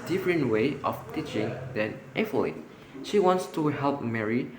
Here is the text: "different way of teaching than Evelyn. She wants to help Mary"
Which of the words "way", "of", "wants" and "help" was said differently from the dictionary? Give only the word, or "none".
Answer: of